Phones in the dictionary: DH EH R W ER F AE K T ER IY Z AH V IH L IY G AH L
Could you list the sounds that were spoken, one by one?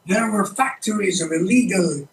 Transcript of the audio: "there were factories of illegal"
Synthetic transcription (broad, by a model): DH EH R W ER F AE K T ER IY Z AH V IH L IY G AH L